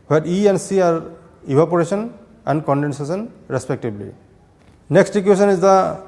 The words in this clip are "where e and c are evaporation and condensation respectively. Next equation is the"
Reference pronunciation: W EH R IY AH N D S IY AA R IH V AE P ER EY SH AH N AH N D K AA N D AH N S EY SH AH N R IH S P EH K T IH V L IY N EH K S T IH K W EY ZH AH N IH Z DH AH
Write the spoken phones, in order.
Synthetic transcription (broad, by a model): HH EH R IY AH N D S IY AA R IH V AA P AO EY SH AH N AH N D K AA N D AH N S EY S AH N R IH S P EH K T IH B L IY N EH K S T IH K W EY S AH N IH Z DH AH